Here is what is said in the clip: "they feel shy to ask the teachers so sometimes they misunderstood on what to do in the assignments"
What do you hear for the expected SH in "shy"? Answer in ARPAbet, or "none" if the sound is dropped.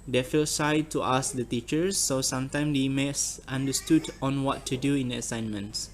S